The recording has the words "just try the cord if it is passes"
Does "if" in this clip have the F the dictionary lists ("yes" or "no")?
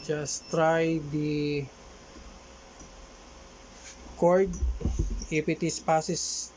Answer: no